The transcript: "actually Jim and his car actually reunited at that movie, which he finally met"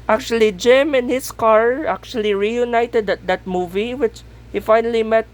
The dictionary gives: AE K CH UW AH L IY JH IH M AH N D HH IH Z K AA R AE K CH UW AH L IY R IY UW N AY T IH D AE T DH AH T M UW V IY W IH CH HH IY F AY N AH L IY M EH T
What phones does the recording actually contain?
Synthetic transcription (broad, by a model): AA K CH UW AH L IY JH IH M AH N HH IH S K AA R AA K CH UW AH L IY R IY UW N AY T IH D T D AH T M UW V IY W IH CH HH IY F AY N AH L IY M EH T